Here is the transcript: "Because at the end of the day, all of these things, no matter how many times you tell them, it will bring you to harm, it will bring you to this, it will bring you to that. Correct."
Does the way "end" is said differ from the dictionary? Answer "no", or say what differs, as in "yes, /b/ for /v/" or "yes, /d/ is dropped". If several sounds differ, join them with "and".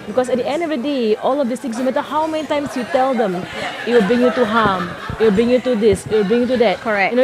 no